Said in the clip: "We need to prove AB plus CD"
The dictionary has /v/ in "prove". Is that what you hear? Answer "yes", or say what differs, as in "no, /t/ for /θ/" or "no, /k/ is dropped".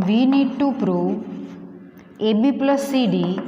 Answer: no, /v/ is dropped